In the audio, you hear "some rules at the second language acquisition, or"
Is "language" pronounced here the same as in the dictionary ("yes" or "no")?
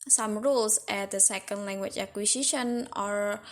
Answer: no